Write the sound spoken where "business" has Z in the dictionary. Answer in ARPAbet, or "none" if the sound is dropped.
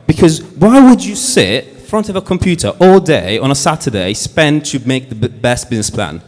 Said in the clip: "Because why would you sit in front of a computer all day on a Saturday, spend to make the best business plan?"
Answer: Z